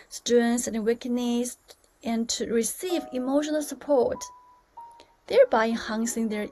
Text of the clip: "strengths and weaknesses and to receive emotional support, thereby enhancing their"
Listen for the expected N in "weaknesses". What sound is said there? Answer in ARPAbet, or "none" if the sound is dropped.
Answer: none